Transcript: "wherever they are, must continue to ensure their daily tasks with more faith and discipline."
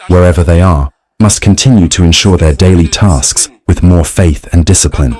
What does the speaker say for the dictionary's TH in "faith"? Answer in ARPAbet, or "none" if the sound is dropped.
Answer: TH